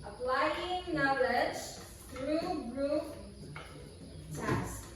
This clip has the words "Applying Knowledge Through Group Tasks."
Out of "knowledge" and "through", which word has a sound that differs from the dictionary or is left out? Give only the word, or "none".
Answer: through